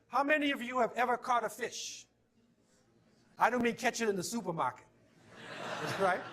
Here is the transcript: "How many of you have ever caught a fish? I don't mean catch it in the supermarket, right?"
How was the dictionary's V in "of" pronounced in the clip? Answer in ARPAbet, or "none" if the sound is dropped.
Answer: V